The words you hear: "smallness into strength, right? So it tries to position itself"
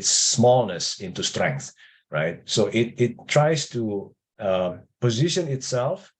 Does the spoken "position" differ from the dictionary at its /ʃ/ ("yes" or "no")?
no